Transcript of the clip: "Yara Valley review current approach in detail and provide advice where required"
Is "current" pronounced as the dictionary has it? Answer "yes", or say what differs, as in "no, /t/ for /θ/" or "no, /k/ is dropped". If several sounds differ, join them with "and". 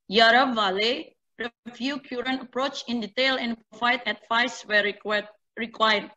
no, /t/ is dropped